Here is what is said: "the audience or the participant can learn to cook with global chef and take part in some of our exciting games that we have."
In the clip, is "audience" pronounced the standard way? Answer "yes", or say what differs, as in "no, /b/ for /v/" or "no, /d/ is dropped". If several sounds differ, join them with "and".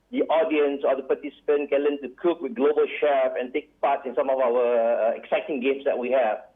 yes